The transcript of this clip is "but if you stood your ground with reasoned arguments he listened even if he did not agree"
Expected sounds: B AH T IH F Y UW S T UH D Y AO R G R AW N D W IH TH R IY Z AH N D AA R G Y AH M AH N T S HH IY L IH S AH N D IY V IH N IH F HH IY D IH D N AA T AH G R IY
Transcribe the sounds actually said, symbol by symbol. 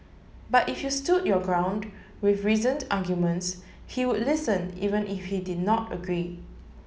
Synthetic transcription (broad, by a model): B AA T IH F Y UW S T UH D Y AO G R AW N D W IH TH R IY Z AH N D AA G Y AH M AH N T S HH IY L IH S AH N IY V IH N IH F HH IY D IH D N AA T AH G R IY